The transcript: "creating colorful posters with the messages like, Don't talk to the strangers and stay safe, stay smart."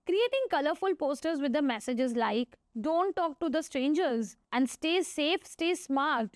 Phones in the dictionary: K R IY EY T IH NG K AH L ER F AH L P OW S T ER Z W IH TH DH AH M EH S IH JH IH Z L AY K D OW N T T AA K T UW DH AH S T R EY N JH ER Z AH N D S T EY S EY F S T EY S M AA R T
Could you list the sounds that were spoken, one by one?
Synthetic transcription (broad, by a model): K R IY EY T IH NG K AH L ER F AH L P OW S T ER Z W IH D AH M EH S IH JH IH Z L AY K D OW N T T AA K T UW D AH S T R EY N JH ER Z AH N D S T EY S EY F S T EY S M AA R T